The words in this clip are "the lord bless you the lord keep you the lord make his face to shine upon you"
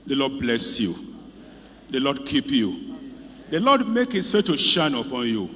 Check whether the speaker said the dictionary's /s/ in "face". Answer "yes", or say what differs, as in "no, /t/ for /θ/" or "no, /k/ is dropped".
no, /s/ is dropped